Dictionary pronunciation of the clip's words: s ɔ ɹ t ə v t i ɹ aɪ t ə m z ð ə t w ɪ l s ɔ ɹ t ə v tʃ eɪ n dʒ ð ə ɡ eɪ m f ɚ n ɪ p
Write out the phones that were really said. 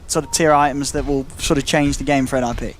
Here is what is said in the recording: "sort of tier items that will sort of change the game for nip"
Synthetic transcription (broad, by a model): s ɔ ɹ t ə v t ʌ ɹ aɪ t ə m z ð ə t w ɪ l s ɔ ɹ t ə v tʃ eɪ n dʒ ð ə ɡ eɪ m f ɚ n ɪ p